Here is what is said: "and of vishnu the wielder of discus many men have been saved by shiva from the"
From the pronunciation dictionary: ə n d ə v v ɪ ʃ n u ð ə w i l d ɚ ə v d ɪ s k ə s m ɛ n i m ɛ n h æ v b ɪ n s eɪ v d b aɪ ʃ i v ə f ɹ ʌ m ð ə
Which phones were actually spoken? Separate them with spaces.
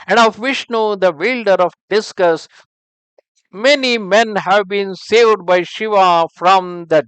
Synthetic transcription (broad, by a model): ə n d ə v v ɪ ʃ n u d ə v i l d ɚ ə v d ɪ s k ə s m ɛ n i m ɛ n h æ v b ɪ n s eɪ v d b aɪ ʃ i v ə f ɹ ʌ m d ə